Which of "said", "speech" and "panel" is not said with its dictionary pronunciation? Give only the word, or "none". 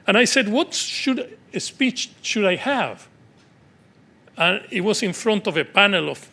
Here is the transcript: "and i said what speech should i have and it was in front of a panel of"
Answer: none